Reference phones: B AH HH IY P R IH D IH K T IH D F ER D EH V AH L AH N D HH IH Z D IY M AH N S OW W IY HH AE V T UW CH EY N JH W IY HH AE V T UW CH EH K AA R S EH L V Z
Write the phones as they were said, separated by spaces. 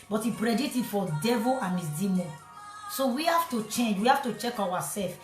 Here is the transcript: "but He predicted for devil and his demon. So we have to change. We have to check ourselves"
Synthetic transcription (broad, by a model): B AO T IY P R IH D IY T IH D F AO D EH V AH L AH N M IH S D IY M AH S S OW W IY HH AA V T UW CH EY N JH W IY HH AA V T UW CH EH K AA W S EH L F